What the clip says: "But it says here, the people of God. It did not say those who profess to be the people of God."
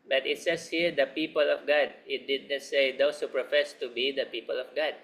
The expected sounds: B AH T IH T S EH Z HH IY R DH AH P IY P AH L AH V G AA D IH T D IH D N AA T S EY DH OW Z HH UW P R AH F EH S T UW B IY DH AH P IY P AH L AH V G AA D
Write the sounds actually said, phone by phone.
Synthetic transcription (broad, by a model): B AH T IH T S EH S HH IY R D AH P IY P AH L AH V G AA D IH T D IH D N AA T S EY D OW S HH UW P R AH F EH S T UW B IY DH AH P IY P AH L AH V G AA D